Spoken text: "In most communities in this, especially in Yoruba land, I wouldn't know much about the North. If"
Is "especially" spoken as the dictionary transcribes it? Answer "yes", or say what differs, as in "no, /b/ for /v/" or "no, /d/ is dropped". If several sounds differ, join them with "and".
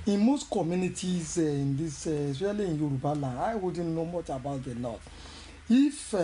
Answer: no, /p/ is dropped and /ʃ/ is dropped